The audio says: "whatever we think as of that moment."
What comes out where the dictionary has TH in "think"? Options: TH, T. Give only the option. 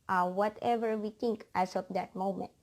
T